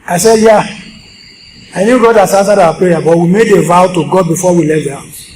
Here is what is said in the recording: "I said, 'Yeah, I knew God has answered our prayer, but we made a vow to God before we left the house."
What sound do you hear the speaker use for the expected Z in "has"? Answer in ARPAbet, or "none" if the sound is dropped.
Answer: S